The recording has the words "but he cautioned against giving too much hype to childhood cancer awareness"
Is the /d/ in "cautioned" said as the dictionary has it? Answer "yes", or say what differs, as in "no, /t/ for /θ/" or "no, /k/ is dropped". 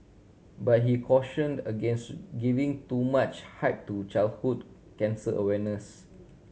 yes